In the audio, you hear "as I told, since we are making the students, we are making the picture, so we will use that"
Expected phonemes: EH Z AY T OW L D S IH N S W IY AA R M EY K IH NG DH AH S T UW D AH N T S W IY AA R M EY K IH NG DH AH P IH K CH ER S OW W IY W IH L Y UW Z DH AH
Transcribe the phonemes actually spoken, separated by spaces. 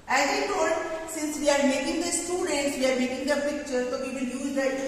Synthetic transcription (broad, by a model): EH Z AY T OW D S IH N S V IY AA R M EY K IH NG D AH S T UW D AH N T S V IY AA R M EY K IH NG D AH P IH K CH ER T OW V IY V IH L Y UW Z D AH